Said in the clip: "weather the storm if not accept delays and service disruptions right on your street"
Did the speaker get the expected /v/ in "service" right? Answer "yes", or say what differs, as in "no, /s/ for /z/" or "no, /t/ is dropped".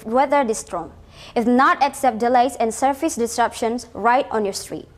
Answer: no, /f/ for /v/